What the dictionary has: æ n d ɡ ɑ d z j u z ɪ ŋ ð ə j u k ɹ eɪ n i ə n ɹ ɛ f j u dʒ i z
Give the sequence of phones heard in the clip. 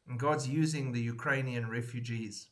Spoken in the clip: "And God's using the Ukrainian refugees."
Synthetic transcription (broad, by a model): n ɡ ɑ d z j u z ɪ ŋ ð ə j u k ɹ eɪ n i ə n ɹ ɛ f j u dʒ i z